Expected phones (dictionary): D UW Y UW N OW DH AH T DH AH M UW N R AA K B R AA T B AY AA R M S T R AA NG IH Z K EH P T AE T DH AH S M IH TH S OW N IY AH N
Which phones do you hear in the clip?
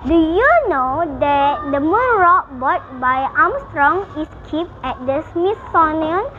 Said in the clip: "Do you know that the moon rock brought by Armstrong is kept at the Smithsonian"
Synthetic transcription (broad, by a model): D UW Y UW N OW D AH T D AH M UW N R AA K B AA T B AY AA M S T R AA NG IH S K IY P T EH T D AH S M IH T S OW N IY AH N